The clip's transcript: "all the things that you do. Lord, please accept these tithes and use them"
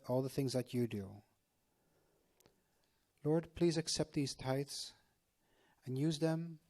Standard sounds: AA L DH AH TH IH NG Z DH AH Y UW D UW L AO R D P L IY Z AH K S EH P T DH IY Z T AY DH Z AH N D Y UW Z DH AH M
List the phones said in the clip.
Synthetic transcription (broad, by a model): AA L DH AH TH IH NG Z DH AH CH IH D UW L AO R D P L IY Z AH K S EH P T DH IY Z T AY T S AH N Y UW Z DH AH M